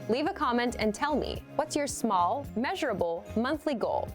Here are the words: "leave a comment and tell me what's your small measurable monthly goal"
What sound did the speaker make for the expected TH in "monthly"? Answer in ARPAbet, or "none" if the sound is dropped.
TH